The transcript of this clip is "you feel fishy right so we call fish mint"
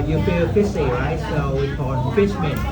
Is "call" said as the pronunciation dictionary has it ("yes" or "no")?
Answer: no